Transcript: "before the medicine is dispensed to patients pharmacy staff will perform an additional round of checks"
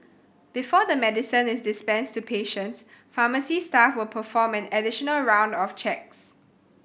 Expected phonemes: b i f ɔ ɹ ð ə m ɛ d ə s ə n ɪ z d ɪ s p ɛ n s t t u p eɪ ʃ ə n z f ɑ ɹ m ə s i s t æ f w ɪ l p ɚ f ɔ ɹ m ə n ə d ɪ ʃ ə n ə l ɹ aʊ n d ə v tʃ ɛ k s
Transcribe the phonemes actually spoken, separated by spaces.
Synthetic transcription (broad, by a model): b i f ɔ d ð ə m ɛ d ə s ə n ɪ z d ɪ s p ɛ n s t t u p eɪ ʃ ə n s f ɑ m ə s i s t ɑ f w ɪ l p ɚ f ɔ m ə n ə d ɪ ʃ ə n ə l ɹ aʊ n d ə f tʃ ɛ k s